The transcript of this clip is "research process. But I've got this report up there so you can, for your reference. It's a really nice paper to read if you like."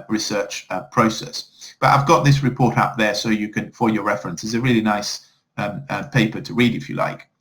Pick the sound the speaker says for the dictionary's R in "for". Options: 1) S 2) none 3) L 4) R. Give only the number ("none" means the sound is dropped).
3